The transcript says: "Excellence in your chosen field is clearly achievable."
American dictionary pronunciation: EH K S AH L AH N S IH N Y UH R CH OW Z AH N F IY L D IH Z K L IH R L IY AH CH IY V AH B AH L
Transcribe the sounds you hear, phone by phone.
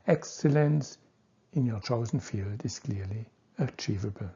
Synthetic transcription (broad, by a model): EH K S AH L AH N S IH N Y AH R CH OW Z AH N F IY L D IH Z K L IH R L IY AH CH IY V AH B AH L